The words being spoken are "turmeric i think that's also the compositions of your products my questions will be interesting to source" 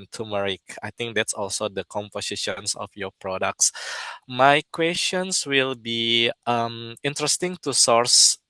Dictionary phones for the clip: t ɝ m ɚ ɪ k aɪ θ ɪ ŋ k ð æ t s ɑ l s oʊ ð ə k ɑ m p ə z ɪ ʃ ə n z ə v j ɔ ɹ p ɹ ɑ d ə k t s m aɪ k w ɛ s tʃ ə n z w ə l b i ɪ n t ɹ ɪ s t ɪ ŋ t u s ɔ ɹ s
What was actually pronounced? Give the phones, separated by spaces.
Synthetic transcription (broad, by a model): t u m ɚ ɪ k aɪ t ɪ ŋ k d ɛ t s ɑ l s oʊ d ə k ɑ m p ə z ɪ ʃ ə n s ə f j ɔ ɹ p ɹ ɑ d ə k t s m aɪ k w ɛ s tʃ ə n s w ə l b i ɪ n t ɹ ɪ s t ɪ ŋ t u s ɔ ɹ s